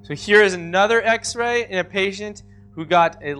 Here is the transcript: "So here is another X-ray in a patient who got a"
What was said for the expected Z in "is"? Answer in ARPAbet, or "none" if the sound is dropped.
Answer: Z